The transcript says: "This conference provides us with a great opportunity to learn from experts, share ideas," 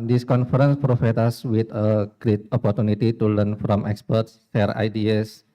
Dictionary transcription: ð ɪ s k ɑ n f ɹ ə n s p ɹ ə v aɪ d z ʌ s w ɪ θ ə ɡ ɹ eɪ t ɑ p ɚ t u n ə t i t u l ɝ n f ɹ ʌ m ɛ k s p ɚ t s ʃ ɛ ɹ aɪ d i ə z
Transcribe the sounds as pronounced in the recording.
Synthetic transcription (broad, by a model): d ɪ s k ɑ n f ɹ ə n s p ɹ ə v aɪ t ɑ s w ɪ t ə ɡ ɹ eɪ t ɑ p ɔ t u n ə t i t u l ɝ n f ɹ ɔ m ɛ k s p ɚ t s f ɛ ɹ aɪ d i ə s